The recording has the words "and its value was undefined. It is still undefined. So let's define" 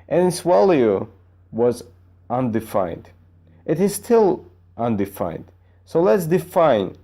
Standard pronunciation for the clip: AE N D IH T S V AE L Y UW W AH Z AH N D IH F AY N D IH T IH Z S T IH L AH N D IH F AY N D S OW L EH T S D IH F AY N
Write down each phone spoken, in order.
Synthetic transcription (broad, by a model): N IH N S W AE L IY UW W AH Z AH N D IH F AY N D IH T IH Z S T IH L AH N D IH F AY N D S OW L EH T S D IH F AY N